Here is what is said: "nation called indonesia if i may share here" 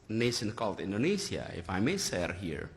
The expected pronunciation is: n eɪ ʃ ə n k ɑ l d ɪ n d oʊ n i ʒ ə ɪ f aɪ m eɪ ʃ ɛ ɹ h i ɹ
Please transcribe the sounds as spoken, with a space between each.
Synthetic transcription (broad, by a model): n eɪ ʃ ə n k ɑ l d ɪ n d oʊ n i s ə ɪ f aɪ m eɪ s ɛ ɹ h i ɹ